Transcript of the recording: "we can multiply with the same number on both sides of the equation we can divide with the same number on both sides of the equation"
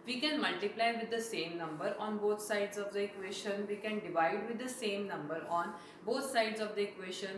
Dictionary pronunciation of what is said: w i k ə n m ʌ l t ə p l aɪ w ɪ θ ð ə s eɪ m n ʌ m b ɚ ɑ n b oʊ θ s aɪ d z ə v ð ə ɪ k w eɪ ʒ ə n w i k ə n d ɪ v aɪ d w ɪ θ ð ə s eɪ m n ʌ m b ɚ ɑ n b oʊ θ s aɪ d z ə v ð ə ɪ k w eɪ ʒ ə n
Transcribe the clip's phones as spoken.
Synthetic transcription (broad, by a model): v i k ə n m ʌ l t ə p l aɪ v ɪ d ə s eɪ m n ʌ m b ɚ ɑ n b oʊ t s aɪ d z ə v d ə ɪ k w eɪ ʃ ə n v i k ə n d ɪ v aɪ d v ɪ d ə s eɪ m n ʌ m b ɚ ɑ n b oʊ t s aɪ d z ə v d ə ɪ k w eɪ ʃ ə n